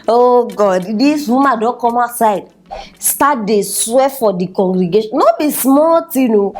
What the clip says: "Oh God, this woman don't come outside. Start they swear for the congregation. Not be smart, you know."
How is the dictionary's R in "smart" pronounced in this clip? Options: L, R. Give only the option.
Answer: L